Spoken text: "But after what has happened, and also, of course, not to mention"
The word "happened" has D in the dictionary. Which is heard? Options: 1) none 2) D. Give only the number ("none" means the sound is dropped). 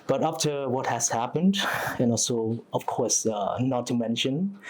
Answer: 2